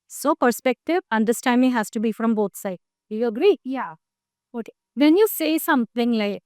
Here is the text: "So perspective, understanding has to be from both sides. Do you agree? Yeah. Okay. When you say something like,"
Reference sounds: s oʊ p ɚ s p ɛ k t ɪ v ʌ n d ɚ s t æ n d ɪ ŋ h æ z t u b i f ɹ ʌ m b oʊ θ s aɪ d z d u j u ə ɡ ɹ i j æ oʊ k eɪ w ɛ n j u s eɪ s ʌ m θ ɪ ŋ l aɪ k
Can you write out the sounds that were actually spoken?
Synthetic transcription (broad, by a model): s oʊ p ɚ s p ɛ k t ɪ v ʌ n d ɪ s t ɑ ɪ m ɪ h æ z t u b i f ɹ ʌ m b oʊ t s aɪ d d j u ə ɡ ɹ i j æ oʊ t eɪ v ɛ n j u s eɪ s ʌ m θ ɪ ŋ l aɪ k